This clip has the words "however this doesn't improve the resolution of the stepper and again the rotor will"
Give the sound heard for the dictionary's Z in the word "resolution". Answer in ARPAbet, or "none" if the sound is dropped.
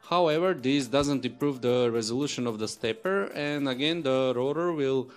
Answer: Z